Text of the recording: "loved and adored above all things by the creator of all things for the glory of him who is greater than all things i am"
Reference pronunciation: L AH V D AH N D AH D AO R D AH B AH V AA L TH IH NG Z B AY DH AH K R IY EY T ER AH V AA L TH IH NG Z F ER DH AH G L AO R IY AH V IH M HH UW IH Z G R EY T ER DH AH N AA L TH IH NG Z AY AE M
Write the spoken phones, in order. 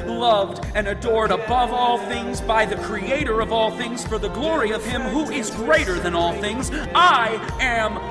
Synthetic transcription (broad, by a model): L AH V D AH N AH D AO R D AH B AH V AA L TH IH NG Z B AY DH AH K R IY EY T ER AH V AA L TH IH NG Z F ER DH AH G L AO R IY AH V IH M HH UW IH Z G R EY T ER DH AH N AA L TH IH NG Z AY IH M